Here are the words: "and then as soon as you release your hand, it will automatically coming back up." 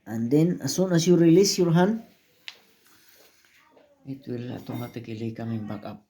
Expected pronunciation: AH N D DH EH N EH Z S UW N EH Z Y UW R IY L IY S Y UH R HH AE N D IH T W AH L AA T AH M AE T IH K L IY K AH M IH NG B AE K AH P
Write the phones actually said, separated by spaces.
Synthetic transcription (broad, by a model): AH N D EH N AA S UW N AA S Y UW R IY L IY S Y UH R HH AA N IH T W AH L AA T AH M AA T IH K L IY K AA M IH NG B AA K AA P